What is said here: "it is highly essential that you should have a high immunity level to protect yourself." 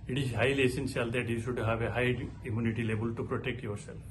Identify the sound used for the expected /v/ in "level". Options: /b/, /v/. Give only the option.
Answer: /b/